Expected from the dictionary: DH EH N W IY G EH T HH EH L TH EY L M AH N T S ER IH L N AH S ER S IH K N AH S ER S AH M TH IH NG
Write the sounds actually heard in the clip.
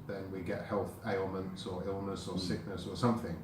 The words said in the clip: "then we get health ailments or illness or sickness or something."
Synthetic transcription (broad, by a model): DH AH N W IY G EH T HH EH L TH EY L M AH N T S ER IH L N AH S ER S IH K N AH S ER S AH M TH IH NG